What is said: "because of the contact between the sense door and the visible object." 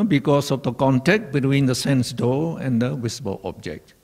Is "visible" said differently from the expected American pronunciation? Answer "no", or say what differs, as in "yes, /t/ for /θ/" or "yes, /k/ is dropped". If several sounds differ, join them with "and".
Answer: yes, /w/ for /v/